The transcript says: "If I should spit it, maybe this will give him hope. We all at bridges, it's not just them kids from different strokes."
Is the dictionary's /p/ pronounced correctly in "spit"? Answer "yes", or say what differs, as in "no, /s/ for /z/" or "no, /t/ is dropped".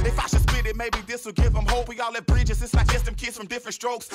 no, /b/ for /p/